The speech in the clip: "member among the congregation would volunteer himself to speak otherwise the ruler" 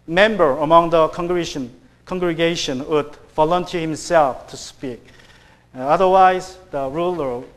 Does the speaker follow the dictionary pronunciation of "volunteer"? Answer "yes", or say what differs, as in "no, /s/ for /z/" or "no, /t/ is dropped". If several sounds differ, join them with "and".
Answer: no, /f/ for /v/